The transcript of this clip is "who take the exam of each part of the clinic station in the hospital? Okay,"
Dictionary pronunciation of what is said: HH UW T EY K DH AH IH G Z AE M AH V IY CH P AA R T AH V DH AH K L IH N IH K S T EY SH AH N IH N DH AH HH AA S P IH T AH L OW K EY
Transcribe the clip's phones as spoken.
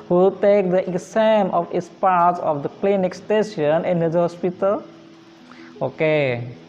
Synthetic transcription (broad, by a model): HH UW T EY K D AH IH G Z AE M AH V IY S P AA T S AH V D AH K L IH N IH K S T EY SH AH N IH N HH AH HH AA S P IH T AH L OW K EY